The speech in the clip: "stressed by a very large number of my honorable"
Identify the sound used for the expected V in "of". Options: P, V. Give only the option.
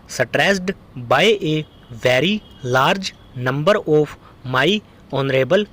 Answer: P